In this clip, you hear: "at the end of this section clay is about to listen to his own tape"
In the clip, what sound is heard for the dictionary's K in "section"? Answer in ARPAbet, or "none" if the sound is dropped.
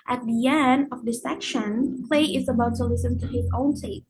K